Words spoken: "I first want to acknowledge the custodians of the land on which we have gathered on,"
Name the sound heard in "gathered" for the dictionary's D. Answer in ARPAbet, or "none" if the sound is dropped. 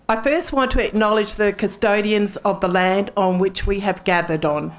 D